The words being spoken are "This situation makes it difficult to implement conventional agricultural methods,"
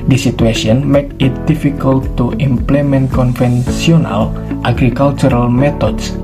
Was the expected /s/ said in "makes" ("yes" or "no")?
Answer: no